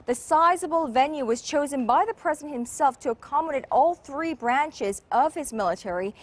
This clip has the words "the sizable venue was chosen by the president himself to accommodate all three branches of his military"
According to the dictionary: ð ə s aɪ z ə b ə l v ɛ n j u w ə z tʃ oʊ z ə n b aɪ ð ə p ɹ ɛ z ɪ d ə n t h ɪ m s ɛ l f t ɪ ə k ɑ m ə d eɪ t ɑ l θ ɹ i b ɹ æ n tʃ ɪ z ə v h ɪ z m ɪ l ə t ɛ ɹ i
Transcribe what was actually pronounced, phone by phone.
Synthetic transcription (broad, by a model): ð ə s aɪ z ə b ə l v ɛ n j u w ə z tʃ oʊ z ə n b aɪ ð ə p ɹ ɛ z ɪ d n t h ɪ m s ɛ l f t ɪ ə k ɑ m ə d eɪ t ɑ l θ ɹ i b ɹ æ n tʃ ɪ z ə v ɪ z m ɪ l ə t ɛ ɹ i